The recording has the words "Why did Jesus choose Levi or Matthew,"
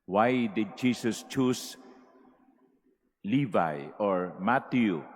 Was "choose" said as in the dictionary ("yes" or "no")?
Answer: no